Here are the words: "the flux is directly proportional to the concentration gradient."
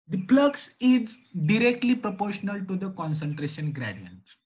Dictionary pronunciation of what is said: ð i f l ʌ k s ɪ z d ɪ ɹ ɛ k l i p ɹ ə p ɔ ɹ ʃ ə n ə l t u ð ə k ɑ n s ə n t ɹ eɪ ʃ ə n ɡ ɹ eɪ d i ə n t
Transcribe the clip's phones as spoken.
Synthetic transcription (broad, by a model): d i p l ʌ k s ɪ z d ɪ ɹ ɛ k l i p ɹ ə p ɔ ɹ ʃ ə n ə l t u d ə k ɑ n s ə n t ɹ eɪ ʃ ə n ɡ ɹ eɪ d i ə n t